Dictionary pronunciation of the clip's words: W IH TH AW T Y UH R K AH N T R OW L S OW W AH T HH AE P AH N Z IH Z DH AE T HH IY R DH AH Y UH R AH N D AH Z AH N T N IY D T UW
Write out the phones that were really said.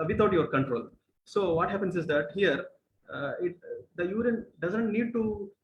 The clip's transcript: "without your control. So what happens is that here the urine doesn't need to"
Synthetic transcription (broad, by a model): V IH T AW T Y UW R K AH N T R OW L S OW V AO T HH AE P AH N S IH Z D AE T HH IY R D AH Y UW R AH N D AH Z AH N T N IY D T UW